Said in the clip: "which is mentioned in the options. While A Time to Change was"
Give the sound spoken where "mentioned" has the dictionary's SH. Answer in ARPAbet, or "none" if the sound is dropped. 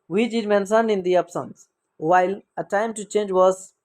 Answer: S